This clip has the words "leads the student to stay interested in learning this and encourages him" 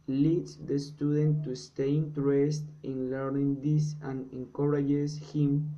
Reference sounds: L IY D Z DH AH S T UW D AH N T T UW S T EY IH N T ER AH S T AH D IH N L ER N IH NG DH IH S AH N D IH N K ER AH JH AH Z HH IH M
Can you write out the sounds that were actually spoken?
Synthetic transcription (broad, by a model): L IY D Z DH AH S T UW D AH N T T UW S T EY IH N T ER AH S T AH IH N L ER N IH NG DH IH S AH N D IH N K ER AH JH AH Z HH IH M